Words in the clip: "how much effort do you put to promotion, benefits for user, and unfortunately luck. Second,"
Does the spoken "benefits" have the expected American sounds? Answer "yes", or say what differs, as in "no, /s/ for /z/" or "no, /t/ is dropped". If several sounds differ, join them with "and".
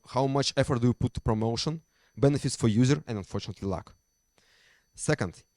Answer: yes